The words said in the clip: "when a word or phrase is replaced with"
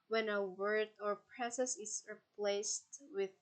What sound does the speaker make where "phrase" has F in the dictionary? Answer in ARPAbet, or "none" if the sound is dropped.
P